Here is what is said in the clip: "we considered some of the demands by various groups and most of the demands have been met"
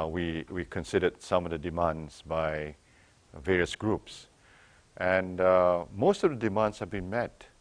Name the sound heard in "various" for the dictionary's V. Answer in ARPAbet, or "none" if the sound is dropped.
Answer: V